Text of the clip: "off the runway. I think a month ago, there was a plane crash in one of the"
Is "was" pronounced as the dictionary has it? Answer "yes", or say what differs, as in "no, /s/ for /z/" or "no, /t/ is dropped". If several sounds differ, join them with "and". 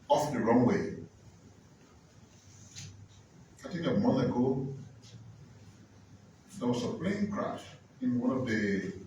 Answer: no, /s/ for /z/